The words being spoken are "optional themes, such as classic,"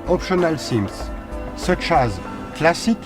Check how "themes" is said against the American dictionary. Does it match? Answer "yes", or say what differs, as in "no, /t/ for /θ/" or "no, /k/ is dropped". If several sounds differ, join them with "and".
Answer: no, /s/ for /θ/